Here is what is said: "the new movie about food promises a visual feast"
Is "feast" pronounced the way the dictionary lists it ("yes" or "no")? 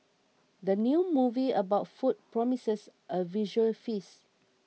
no